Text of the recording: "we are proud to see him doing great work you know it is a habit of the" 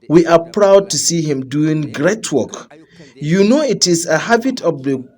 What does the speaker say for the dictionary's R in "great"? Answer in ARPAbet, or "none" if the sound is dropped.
R